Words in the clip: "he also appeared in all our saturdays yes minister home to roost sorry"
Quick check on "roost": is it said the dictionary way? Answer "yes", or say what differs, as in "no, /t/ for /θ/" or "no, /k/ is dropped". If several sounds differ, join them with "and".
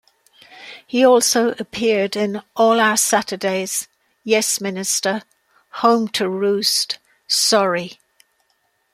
yes